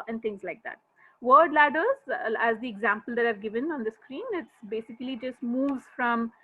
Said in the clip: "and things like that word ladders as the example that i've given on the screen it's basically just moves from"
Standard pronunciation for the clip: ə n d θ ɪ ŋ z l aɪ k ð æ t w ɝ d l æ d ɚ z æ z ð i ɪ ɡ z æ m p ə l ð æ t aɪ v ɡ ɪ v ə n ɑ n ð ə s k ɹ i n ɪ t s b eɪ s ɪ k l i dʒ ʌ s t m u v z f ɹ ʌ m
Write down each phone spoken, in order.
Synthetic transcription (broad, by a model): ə n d t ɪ ŋ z l aɪ k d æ t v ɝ d l æ d ɚ z æ z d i ɪ ɡ z æ m p ə l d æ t aɪ v ɡ ɪ v ə n ɑ n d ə s k ɹ i n ɪ t s b eɪ s ɪ k l i dʒ ʌ s t m u v z f ɹ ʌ m